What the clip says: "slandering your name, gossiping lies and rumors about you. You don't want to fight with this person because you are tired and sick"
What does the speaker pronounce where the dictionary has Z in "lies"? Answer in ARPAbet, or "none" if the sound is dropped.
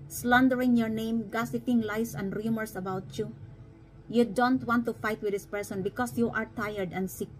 S